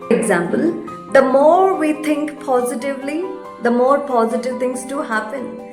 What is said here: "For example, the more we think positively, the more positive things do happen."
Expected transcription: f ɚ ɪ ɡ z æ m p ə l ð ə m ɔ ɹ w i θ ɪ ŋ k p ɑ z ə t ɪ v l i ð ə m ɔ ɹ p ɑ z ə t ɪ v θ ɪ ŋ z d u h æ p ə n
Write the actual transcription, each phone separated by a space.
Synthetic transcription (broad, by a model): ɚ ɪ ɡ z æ m p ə l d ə m ɔ ɹ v i t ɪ ŋ k p ɑ z ə t ɪ v l i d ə m ɔ ɹ p ɑ z ə t ɪ v t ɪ ŋ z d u h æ p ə n